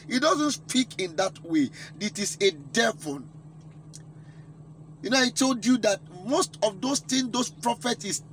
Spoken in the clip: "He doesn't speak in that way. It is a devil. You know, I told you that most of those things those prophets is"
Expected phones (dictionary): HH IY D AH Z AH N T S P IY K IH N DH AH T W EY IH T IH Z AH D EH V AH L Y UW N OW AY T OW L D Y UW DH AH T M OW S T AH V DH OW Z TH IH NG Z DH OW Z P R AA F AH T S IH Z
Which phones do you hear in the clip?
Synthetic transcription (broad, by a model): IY D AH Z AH N T S P IY K IH N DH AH T W EY IH T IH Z AH D EH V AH N Y UW N OW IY T OW L D Y UW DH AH T M OW S T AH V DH OW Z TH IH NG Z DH OW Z P R AA F AH T S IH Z